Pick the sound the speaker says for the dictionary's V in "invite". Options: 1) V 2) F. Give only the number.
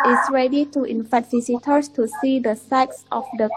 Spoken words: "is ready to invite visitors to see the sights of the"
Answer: 2